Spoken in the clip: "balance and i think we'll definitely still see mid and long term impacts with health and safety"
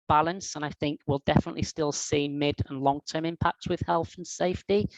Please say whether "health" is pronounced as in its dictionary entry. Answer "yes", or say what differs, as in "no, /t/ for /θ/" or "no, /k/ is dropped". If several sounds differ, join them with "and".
yes